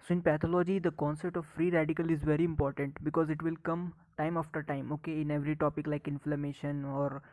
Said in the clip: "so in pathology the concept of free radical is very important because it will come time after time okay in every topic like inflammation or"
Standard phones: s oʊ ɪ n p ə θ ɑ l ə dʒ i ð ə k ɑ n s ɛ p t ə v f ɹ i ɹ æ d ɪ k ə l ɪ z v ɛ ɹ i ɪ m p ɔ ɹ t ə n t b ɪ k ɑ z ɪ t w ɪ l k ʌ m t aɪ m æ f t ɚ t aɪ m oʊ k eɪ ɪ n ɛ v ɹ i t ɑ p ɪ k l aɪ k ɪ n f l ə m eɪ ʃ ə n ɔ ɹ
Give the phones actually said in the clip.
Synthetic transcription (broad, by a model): s oʊ ɪ n p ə t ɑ l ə dʒ i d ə k ɑ n s ɛ p t ə v f ɹ i ɹ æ d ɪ k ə l ɪ z v ɛ ɹ i ɪ m p ɔ ɹ t ə n t b ɪ k ɑ z ɪ t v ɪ l k ʌ m t aɪ m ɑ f t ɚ t aɪ m oʊ k eɪ ɪ n ɛ v ɹ i t ɑ p ɪ k l aɪ k ɪ n f l ə m eɪ ʃ ə n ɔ ɹ